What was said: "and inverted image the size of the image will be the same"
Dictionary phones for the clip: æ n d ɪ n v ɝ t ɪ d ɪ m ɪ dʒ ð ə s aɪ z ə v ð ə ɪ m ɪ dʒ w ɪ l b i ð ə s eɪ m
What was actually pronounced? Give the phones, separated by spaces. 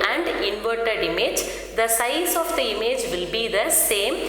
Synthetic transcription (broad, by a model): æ n d ɪ n v ɝ t ɪ d ɪ m ɪ dʒ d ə s aɪ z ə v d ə ɪ m ɪ dʒ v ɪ l b i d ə s eɪ m